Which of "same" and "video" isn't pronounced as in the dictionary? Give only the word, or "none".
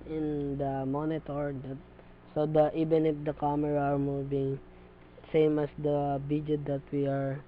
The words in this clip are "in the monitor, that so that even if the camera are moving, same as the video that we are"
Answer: video